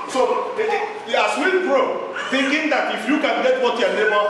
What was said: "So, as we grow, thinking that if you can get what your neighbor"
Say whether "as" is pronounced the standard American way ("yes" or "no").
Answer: no